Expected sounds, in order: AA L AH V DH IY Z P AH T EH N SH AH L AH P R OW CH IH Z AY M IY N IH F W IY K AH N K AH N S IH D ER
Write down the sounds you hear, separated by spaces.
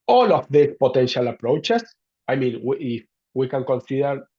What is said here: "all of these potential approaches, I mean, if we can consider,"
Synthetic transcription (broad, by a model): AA L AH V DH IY S P AH T EH N SH AH L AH P R OW CH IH S AY M IY N IH F W IY K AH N K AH N S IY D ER